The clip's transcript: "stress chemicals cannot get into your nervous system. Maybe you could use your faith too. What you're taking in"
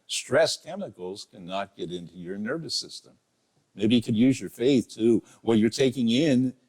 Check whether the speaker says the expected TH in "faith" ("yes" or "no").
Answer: yes